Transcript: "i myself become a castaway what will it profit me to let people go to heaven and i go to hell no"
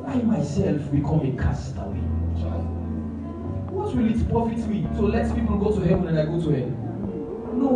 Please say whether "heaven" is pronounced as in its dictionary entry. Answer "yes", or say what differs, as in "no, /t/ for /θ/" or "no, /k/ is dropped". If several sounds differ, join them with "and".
no, /w/ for /v/